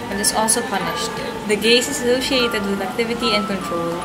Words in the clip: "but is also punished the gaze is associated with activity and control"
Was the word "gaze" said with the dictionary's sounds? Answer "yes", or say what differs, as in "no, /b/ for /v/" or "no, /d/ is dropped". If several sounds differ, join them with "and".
no, /s/ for /z/